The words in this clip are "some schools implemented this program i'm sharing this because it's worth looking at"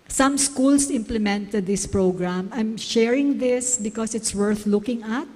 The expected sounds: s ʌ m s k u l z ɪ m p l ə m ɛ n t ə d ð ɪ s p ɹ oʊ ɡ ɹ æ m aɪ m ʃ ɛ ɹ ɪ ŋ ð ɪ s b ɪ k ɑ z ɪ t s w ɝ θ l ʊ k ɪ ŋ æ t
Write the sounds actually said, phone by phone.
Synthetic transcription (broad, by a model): s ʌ m s k u l s ɪ m p l ə m ɛ n t ə d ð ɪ s p ɹ oʊ ɡ ɹ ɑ m aɪ m ʃ ɛ ɹ ɪ ŋ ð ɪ s b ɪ k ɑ s ɪ t s w ɝ θ l ʊ k ɪ ŋ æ t